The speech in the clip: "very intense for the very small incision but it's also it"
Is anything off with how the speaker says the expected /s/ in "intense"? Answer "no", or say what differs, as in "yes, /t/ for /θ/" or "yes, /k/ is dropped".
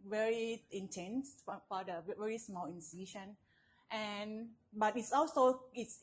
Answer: no